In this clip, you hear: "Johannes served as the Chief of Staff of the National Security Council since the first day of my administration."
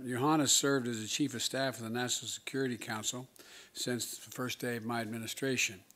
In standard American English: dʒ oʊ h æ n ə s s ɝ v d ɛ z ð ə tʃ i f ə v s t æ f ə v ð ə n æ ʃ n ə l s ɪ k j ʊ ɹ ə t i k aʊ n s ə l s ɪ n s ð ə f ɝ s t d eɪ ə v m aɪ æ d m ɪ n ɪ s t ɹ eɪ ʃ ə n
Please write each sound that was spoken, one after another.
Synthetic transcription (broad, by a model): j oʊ h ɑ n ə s s ɝ v d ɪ z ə tʃ i f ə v s t æ f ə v ð ə n æ ʃ n l s ɪ k j ʊ ɹ ə t i k aʊ n s l s ɪ n s ð ə f ɝ s d eɪ ə v m aɪ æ d m ɪ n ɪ s t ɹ eɪ ʃ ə n